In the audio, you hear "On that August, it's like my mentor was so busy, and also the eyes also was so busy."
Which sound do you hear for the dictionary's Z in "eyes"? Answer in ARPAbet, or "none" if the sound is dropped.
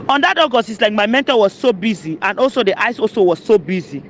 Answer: S